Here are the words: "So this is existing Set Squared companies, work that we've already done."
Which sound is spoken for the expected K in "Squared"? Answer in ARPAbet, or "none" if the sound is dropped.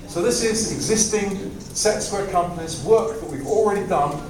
none